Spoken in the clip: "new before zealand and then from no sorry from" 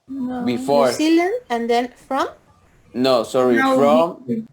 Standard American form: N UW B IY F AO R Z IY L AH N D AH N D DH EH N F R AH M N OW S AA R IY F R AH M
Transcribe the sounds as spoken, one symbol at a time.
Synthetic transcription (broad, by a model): B IY F AO R S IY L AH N AH N D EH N F R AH M N OW S AA R IY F R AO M